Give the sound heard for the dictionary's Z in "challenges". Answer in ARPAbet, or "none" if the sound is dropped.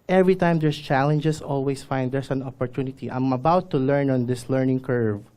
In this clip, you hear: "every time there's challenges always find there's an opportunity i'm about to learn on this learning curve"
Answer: S